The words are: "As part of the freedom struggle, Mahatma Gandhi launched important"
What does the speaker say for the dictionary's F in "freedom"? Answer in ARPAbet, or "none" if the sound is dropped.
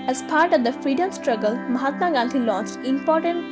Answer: F